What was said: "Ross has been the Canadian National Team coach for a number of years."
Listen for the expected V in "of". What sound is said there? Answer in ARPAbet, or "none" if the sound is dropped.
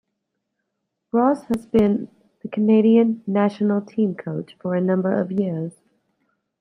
V